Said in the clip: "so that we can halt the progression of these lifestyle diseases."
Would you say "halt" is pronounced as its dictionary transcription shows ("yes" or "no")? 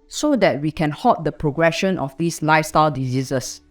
no